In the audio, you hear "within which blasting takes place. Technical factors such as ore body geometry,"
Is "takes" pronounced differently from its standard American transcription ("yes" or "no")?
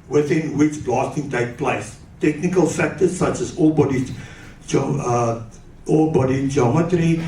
yes